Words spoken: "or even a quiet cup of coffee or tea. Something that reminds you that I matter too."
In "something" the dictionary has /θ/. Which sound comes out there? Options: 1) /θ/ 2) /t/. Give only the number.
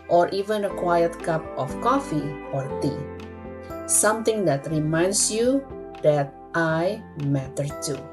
2